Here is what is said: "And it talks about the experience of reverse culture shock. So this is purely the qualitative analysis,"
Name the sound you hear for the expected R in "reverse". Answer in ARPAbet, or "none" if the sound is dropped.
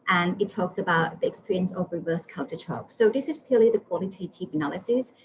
R